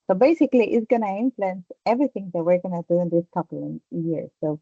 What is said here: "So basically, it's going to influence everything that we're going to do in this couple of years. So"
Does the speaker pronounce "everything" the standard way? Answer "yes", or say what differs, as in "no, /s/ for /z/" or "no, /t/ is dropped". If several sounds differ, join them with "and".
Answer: no, /t/ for /θ/